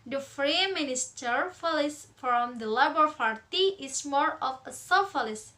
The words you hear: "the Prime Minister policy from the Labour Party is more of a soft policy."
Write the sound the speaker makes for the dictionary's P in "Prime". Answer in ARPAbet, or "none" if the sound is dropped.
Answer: F